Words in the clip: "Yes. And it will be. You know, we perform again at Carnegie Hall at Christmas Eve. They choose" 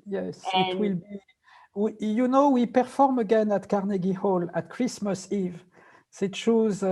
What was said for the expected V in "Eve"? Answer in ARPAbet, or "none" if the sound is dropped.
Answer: V